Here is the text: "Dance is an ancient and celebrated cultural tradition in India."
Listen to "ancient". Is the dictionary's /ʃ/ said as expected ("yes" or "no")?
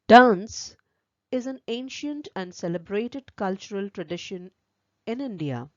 yes